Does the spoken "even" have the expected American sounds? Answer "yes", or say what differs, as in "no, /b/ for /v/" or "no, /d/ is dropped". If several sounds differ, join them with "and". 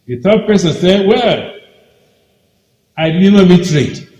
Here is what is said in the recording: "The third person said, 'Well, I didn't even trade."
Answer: no, /b/ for /v/